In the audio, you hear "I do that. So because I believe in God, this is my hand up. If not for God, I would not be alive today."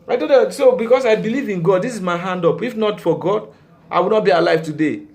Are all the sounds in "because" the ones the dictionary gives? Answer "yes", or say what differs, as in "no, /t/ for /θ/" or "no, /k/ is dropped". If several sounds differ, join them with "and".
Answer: no, /s/ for /z/